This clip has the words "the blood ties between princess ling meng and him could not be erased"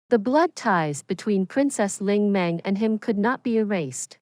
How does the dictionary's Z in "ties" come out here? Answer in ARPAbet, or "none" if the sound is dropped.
Z